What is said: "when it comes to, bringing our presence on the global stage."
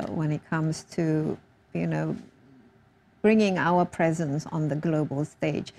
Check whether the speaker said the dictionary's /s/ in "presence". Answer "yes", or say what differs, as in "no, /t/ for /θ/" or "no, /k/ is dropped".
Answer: yes